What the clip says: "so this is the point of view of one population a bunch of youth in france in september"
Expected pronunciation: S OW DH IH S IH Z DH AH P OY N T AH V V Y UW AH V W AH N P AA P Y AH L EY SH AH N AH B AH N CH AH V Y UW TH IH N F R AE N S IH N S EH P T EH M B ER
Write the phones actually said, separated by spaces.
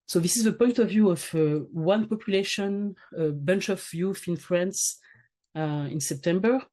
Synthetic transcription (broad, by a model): S OW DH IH S IH Z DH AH P OY N T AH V V Y UW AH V W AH N P AA P Y AH L EY SH AH N AH B AH N CH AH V Y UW F IH N F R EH N S IH N S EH P T EH M B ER